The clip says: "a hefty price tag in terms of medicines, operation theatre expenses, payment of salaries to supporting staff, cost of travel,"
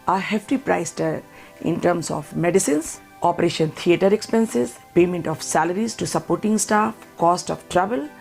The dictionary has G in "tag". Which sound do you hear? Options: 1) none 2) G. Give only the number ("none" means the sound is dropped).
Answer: 1